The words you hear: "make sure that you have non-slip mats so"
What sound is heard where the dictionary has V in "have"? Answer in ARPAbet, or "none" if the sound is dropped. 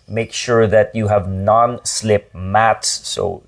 V